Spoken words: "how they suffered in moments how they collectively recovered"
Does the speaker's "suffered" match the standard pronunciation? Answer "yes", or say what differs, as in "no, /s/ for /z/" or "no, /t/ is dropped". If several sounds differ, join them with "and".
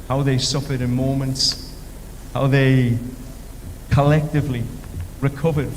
yes